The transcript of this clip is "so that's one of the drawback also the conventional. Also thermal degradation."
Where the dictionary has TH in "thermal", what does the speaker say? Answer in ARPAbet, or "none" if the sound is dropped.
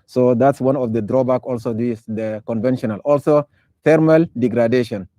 F